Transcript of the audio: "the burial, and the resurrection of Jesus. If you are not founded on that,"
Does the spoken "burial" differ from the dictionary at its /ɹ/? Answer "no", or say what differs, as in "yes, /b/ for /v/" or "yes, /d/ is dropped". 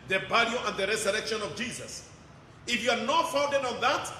yes, /l/ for /ɹ/